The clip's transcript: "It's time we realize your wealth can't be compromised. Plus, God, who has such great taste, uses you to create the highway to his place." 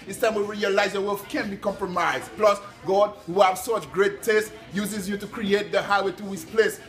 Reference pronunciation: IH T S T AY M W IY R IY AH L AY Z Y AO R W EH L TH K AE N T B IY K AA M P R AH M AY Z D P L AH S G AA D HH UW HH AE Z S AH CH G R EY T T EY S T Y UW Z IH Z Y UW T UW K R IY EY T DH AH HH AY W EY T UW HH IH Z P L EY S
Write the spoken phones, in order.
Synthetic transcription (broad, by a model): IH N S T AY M W IY R IY AH L AY Z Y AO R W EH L F K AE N B IY K AA M P R AH M AY Z D P L AH S G AA D HH UW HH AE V S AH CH G R EY T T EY S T Y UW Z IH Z Y UW T UW K R IY EY T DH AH HH AY W EY T UW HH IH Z P L EY S